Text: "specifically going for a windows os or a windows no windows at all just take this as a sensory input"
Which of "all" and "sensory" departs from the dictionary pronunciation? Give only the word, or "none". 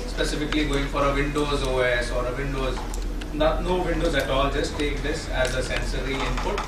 none